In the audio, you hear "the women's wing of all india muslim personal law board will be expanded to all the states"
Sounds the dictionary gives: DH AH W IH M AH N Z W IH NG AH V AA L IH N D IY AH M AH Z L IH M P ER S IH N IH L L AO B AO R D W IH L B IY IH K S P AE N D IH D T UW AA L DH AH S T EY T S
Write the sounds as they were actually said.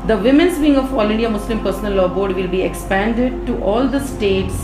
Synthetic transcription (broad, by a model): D AH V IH M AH N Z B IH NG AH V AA L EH D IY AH M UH S L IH M P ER S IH N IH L L AO B AO R D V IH L B IY IH K S P AE N D IH D T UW AA L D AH S T EY T S